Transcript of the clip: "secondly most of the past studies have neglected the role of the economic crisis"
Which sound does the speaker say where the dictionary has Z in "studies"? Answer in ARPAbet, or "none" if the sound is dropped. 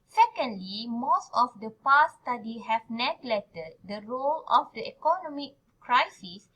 none